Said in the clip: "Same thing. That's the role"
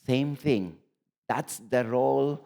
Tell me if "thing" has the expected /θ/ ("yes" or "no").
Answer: no